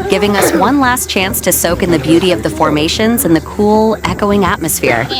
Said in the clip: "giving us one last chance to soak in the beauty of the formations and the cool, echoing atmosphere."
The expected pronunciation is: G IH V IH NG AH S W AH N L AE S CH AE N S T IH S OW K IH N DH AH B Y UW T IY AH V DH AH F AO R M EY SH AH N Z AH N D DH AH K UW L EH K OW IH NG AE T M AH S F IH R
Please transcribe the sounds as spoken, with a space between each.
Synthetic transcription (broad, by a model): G IH V IH NG AH S W AH N L AE S CH AE N S T IH S OW K IH N DH AH B Y UW T IY AH V DH AH F AO R M EY SH AH N Z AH N DH AH K UW L EH K OW IH NG AE T M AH S F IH R